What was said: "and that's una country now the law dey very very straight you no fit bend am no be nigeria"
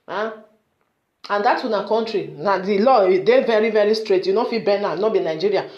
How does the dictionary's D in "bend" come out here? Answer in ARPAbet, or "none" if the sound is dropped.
none